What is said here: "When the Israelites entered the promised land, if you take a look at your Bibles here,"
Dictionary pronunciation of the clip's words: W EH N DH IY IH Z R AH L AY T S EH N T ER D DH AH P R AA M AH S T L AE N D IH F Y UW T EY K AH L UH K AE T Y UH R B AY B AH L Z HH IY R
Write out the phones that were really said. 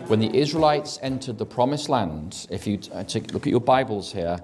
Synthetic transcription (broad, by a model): W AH N DH IY IH Z R AH L AY T S EH N T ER D DH AH P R AA M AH S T L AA N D IH F Y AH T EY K L UH K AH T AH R B AY B AH L Z HH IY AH